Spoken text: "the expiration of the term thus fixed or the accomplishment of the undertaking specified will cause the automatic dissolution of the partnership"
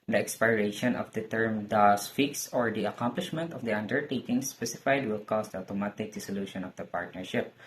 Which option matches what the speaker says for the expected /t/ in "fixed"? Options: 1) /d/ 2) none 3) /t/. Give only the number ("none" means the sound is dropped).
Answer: 2